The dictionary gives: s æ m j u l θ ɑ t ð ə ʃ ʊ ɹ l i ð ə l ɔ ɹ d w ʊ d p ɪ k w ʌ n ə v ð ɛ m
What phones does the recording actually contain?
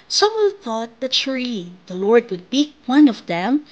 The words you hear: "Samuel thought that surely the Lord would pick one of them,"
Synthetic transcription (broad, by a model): s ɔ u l θ ɑ t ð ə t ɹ i ð ə l ɔ ɹ d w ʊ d b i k w ʌ n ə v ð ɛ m